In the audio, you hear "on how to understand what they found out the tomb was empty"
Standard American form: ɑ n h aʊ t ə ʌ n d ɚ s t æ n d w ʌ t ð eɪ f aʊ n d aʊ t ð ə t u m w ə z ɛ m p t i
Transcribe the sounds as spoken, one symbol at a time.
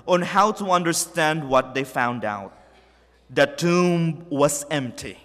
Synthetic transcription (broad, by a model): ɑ n h aʊ t ə ʌ n d ɚ s t æ n d w ʌ t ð eɪ f aʊ n d aʊ t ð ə t u m w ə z ɛ m p t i